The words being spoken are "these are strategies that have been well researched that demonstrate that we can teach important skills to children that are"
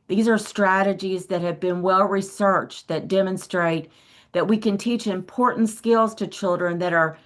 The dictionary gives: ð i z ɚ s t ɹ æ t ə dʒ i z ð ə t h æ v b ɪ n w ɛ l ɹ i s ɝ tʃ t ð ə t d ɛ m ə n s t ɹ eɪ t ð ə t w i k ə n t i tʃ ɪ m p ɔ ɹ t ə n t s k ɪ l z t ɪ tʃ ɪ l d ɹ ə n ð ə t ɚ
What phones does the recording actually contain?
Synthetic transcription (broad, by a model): ð i z ɚ s t ɹ æ t ə dʒ i z ð ə t h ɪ v b ɪ n w ɛ l ɹ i s ɝ tʃ ð ə t d ɛ m ə n s t ɹ eɪ t ð ə t w i k ə n t i tʃ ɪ m p ɔ ɹ t n t s k ɪ l z t ɪ tʃ ɪ l d ɹ ə n ð ə t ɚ